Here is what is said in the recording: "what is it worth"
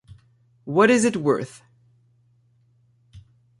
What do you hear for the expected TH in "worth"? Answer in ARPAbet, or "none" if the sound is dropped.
TH